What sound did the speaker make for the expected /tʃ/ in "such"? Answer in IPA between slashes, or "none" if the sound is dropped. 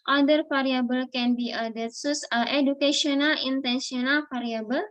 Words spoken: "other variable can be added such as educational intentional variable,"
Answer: /s/